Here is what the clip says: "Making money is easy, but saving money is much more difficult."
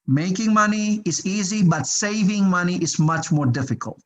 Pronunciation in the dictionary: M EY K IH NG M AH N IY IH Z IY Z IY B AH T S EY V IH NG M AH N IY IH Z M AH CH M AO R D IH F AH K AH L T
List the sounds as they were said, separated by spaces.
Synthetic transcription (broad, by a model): M EY K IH NG M AH N IY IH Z IY Z IY B AH T S EY V IH NG M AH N IY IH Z M AH CH M AO R D IH F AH K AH L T